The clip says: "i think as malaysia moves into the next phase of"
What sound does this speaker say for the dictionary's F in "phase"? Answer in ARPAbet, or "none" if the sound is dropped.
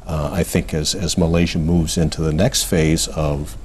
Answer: F